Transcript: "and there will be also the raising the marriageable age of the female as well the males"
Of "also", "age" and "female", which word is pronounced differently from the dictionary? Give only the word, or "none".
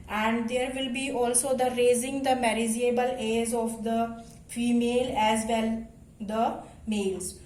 age